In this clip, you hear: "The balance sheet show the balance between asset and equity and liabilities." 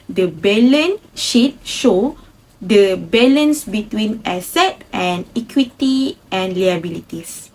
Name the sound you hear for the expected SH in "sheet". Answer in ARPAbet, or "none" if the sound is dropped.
SH